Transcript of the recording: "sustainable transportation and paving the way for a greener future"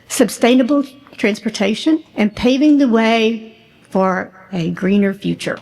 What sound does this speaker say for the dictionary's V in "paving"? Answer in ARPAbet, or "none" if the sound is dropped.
V